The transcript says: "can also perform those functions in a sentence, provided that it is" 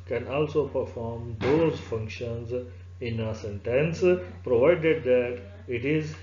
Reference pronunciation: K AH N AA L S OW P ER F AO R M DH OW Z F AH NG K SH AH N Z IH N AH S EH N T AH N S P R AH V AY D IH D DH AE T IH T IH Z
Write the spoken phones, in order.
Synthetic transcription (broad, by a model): K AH N AA L S OW P ER F AO R M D OW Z F AH NG K SH AH N Z IH N AH S EH N T AH N S P R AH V AY D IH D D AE T IH T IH Z